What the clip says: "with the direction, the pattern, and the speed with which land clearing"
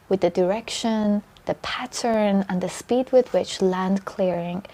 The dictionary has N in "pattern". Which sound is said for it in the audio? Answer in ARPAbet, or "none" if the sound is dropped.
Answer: N